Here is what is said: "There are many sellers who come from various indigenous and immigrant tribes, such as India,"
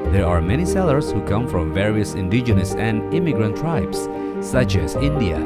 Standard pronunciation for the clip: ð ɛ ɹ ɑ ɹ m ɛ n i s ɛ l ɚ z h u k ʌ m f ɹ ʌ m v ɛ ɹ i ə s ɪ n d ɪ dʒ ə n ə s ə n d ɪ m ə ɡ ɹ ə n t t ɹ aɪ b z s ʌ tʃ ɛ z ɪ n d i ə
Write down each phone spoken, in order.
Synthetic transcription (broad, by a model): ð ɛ ɹ ɑ ɹ m ɛ n i s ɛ l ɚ s h u k ʌ m f ɹ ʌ m v ɛ ɹ i ə s ɪ n d ɪ dʒ ə n ə s ə n d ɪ m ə ɡ ɹ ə n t t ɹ aɪ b s ʌ tʃ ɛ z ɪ n d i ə